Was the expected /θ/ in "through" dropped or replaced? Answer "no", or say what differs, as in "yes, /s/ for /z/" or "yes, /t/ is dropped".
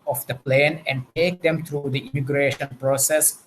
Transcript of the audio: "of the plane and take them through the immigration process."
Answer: yes, /t/ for /θ/